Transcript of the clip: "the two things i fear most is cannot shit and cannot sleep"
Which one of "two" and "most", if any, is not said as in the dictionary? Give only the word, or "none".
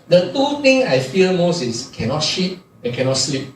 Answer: none